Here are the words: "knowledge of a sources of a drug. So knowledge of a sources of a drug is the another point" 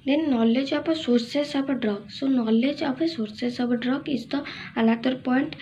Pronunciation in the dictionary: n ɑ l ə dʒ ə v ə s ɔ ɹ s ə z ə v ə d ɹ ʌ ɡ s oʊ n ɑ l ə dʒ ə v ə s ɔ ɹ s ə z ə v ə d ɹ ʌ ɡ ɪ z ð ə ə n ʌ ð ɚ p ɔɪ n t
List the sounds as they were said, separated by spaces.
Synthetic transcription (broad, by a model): n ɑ l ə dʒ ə p ə s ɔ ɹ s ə s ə b ə d ɹ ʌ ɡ s oʊ n ɑ l ə dʒ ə p ə s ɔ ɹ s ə s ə b ə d ɹ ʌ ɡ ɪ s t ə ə l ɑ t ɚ p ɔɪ n t